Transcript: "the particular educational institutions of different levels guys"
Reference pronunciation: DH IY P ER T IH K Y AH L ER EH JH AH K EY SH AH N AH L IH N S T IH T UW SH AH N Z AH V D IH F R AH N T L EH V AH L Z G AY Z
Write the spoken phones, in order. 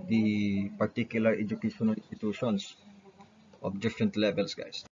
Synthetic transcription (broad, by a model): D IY P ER T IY K Y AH L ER EH JH AH K EY SH AH N AH L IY N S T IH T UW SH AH N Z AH F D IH F R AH N T L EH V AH L S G AY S